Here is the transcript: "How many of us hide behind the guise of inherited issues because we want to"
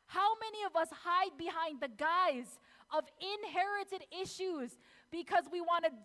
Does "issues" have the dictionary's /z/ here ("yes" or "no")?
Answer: yes